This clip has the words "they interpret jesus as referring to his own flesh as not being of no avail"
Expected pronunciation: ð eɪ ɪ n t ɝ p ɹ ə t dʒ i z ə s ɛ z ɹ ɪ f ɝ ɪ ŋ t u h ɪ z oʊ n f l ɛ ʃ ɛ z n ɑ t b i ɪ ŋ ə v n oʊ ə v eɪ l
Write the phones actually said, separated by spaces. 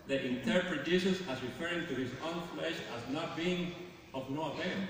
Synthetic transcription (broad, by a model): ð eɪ ɪ n t ɝ p ɹ ə t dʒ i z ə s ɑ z ɹ ɪ f ɝ ɪ ŋ t u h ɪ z oʊ n f l ɛ ʃ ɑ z n ɑ t b i ɪ ŋ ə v n oʊ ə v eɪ